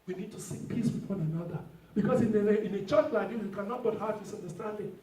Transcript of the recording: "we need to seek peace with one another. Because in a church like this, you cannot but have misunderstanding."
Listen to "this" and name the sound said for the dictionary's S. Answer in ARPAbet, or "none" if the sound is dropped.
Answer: none